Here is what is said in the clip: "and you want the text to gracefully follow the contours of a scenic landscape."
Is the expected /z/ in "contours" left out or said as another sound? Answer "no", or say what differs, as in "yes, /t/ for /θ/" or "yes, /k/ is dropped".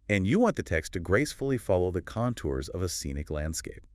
no